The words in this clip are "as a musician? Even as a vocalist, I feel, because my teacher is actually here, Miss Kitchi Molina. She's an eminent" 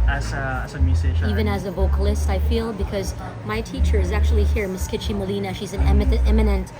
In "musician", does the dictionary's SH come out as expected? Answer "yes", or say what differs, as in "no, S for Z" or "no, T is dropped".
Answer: no, SH is dropped